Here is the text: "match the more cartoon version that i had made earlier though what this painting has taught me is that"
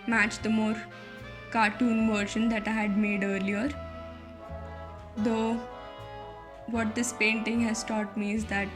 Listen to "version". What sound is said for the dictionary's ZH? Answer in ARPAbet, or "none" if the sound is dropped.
SH